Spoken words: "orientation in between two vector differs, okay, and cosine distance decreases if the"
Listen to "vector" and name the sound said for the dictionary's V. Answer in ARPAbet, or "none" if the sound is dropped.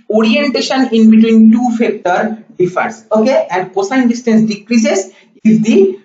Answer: F